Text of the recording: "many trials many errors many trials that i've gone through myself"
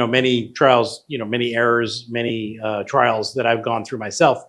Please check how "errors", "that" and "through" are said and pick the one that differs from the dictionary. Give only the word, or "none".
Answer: none